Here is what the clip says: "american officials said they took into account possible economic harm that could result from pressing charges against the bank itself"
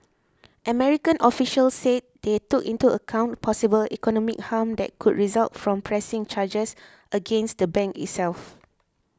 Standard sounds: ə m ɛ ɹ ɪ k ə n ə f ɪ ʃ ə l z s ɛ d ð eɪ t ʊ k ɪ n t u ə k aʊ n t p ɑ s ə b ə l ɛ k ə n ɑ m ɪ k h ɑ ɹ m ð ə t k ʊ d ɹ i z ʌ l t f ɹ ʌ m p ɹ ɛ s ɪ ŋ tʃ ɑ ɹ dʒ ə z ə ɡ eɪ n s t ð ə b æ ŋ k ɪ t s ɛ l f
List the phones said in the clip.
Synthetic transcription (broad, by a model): ə m ɛ ɹ ɪ k ə n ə f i ʃ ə l s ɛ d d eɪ t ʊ k ɪ n t u ə k aʊ n t p ɑ s ə b ə l ɛ k ə n ɑ m ɪ k h ɑ m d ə t k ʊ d ɹ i z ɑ l t f ɹ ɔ m p ɹ ɛ s ɪ ŋ tʃ ɑ dʒ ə s ə ɡ eɪ n s t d ə b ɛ ŋ k ɪ t s ɛ l f